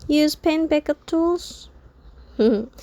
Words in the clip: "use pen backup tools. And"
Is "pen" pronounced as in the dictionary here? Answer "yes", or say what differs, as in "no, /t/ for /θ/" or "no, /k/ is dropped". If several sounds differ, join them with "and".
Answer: yes